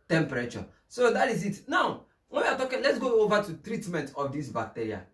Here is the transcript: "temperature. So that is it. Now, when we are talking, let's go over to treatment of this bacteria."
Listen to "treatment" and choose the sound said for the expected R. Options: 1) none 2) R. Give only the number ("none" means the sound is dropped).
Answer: 2